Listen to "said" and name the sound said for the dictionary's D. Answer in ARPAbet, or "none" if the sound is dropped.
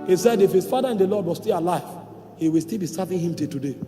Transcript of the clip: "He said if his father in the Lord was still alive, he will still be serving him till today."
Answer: D